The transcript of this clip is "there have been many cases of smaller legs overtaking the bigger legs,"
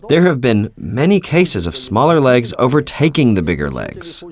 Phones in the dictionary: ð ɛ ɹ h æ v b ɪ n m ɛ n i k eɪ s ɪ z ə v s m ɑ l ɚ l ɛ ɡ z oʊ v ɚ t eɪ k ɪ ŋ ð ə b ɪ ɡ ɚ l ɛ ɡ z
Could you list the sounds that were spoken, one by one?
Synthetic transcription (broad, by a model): ð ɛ ɹ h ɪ v b ɪ n m ɛ n i k eɪ s ɪ z ə v s m ɑ l ɚ l ɛ ɡ z oʊ v ɚ t eɪ k ɪ ŋ ð ə b ɪ ɡ ɚ l ɛ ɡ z